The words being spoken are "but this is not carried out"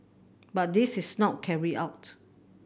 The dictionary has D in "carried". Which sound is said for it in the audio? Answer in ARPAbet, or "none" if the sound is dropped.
none